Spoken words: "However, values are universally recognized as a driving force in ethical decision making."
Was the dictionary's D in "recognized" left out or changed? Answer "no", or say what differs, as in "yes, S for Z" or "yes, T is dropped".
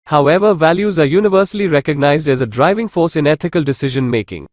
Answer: no